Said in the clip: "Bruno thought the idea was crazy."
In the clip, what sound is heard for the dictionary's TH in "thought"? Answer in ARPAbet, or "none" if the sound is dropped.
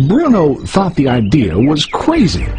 TH